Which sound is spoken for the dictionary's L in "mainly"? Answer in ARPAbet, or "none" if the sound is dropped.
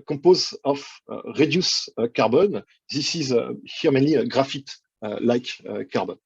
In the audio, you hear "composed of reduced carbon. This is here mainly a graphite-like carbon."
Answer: none